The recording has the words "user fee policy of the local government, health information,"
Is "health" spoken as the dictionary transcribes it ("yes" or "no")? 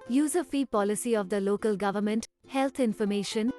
no